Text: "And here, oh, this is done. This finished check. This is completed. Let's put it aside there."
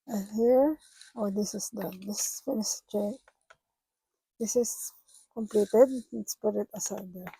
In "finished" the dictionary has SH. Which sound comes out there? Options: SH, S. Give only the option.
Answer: S